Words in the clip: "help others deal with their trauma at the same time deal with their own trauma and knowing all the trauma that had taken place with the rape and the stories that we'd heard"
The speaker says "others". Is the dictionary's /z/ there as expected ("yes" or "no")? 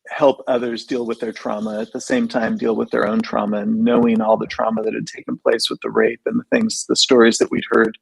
yes